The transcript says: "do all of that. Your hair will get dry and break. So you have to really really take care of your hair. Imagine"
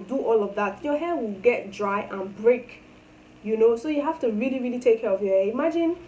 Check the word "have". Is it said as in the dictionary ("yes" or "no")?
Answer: no